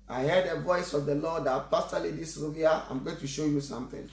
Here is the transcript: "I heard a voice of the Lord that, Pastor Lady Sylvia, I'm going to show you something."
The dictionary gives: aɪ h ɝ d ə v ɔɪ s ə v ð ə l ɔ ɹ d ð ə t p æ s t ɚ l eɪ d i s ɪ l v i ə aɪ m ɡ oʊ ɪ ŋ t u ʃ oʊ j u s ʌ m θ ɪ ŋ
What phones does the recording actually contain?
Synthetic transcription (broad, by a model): aɪ h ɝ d ə v ɔɪ s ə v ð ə l ɔ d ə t p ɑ s t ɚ l eɪ d i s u v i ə aɪ m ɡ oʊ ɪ t u ʃ oʊ j u s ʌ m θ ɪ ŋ